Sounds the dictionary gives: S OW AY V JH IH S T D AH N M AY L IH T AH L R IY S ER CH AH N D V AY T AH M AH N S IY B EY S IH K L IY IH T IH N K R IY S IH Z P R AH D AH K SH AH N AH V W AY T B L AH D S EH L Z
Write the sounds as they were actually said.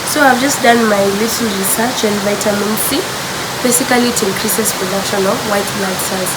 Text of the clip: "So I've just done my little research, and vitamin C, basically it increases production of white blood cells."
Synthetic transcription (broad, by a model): S OW AY V JH IH S T D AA N M AY L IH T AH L R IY S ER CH AH N D V AY T AH M AH N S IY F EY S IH K L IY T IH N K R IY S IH S P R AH D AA K SH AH N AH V W AY T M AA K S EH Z